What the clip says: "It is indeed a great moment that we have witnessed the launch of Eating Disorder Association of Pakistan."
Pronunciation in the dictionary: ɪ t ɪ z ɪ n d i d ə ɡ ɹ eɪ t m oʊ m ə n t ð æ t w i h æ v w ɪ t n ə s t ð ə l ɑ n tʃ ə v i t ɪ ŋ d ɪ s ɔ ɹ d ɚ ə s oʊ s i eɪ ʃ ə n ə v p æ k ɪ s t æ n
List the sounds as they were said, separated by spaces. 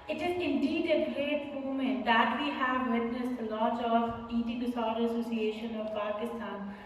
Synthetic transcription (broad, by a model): ɪ t ɪ z ɪ n d i d ə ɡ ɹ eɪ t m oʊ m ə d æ t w i h æ v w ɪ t n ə s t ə l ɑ tʃ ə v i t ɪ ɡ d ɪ s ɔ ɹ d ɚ ə s oʊ s i eɪ ʃ ə n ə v p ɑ k ɪ s t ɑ n